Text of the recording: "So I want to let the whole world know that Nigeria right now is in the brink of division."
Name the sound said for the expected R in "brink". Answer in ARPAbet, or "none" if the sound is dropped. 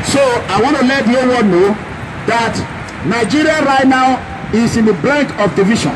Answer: L